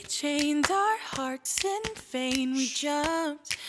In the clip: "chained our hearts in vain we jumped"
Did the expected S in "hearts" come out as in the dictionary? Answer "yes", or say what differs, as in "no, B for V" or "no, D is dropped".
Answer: yes